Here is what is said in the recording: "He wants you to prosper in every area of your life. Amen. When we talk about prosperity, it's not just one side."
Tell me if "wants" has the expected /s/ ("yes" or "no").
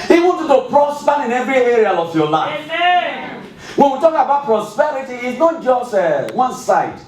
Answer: no